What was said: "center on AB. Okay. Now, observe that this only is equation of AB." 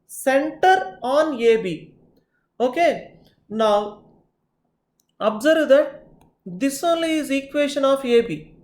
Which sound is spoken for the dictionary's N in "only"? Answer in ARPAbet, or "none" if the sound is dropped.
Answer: N